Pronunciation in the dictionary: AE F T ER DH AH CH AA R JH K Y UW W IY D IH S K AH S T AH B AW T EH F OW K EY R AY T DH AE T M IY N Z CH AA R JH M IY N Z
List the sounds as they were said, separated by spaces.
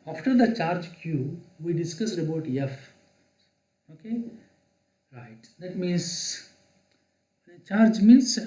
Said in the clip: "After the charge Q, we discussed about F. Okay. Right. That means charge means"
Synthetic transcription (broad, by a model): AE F T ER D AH CH AA R JH K Y UW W IY D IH S K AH S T AH B AW T EH F OW K EY R AY T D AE T M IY N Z CH AA R JH M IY N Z